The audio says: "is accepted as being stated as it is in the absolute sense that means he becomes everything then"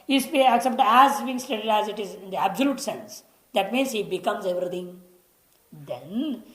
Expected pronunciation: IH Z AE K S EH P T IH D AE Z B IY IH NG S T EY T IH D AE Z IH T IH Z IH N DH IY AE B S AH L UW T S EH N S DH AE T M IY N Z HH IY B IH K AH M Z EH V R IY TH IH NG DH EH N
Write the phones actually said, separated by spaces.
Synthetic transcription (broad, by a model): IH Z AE K S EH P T AE Z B IY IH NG S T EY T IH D AE Z IH T IH Z IH N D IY AE B S AH L UW T S EH N S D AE T M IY N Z HH IY B IH K AH M Z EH V R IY T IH NG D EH N